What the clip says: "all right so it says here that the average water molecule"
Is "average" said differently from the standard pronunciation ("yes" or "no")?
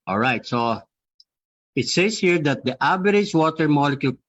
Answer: yes